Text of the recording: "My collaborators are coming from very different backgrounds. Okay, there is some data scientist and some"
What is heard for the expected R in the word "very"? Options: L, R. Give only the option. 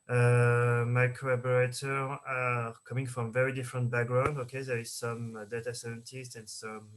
R